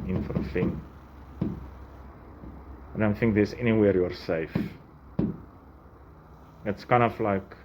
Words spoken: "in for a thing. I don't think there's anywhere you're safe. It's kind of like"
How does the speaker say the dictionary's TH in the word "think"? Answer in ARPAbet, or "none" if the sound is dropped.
TH